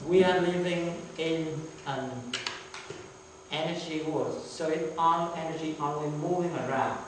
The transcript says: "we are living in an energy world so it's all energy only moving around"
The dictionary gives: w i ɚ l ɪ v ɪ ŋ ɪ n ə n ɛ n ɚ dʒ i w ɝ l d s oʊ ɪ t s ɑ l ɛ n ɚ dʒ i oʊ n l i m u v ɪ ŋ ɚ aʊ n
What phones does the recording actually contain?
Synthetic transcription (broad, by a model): w i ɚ l ɪ v ɪ ŋ ɪ n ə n ɛ n ɚ dʒ i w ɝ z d s oʊ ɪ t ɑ n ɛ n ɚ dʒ i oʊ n w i m u v ɪ ŋ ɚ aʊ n